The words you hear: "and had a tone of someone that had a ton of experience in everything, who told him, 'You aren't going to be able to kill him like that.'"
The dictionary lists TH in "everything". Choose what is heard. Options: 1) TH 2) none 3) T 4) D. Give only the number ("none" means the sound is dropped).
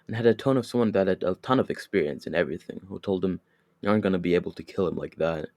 1